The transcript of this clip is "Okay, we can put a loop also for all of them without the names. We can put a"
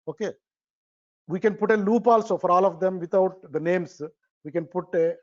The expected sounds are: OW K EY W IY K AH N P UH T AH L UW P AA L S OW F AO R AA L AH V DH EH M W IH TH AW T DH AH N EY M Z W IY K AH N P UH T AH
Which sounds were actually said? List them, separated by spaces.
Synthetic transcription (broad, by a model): OW K EY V IY K AH N P UH T AH L UW P AA L S OW F AO R AA L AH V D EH M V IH T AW T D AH N EY M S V IY K AH N P UH T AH